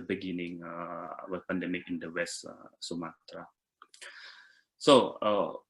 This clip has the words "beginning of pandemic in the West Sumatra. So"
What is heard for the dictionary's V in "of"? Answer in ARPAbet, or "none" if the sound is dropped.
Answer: W